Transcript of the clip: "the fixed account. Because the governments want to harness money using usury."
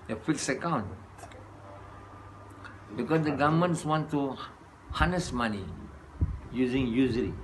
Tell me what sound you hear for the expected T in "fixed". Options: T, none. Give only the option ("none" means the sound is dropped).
none